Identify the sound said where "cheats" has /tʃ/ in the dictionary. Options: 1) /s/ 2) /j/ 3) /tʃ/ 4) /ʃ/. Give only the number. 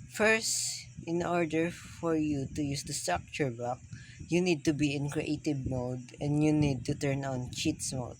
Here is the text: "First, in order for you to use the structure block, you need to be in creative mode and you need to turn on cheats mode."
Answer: 3